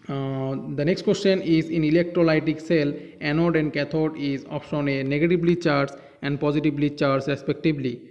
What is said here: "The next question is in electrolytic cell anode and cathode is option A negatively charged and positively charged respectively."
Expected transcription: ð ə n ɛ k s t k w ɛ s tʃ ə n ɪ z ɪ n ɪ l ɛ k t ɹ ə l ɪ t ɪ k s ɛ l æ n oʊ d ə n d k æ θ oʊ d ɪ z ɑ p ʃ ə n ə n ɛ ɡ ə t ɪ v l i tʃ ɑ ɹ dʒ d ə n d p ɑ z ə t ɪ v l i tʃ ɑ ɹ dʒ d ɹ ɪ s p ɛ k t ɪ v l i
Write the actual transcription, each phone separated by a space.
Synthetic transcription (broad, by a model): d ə n ɛ k s t k w ɛ s tʃ ə n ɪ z ɪ n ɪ l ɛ k t ɹ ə l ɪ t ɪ k s ɛ l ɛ n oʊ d ə n d k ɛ t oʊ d ɪ z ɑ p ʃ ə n ə n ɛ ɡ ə t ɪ b l i tʃ ɑ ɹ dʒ ə n d p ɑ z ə t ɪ b l i tʃ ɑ ɹ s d ɹ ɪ s p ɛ k t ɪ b l i